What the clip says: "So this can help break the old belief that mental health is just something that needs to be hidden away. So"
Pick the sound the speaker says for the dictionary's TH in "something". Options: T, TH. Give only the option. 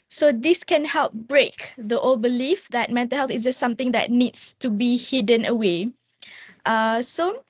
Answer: T